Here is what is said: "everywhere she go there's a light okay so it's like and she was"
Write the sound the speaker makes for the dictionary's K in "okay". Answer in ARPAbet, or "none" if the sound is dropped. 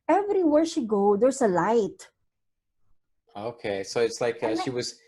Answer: K